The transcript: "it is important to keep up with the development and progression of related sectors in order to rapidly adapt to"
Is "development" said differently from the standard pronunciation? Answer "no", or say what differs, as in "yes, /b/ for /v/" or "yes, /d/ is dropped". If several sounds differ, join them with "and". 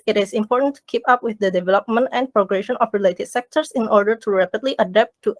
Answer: no